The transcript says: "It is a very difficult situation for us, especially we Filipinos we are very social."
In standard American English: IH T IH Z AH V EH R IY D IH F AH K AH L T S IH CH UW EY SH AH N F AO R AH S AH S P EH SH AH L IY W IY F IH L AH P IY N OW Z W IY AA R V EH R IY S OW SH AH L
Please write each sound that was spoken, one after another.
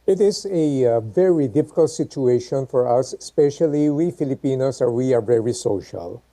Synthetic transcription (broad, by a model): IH T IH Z AH V EH R IY D IH F AH K AH L T S IH CH UW EY SH AH N F AO R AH S AH S P EH SH AH L IY W IY F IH L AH P IY N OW S W IY AA R V EH R IY S OW SH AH L